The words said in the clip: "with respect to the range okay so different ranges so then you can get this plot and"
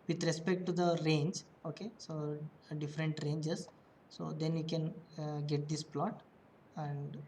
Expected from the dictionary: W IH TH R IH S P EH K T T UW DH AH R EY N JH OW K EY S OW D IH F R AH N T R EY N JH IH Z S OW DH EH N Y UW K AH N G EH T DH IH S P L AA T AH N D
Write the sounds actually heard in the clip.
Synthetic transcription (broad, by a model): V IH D R IH S P EH K T T UW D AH R EY N JH OW K EY S OW D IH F R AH N T R EY N JH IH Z S OW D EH N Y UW K AH N G EH T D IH S P L AA T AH N D